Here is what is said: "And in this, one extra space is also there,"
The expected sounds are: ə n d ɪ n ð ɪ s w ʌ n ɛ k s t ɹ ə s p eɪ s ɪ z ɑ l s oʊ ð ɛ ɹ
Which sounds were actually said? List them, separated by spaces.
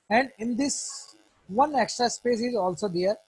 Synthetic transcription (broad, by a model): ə n d ɪ n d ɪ s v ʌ n ɛ k s t ɹ ə s p eɪ s ɪ z ɑ l s oʊ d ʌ ɹ